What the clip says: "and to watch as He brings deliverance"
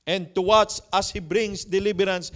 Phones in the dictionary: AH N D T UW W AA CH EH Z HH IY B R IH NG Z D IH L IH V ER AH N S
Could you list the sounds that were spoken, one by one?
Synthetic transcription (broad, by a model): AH N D T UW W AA S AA S HH IY B R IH NG S D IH L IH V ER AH N S